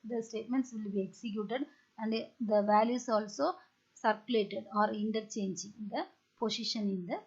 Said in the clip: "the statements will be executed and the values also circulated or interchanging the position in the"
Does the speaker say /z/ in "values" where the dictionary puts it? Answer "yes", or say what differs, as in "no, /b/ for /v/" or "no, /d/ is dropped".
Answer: no, /s/ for /z/